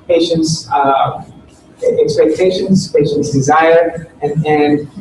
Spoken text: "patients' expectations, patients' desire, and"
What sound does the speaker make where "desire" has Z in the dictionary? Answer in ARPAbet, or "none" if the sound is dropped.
Z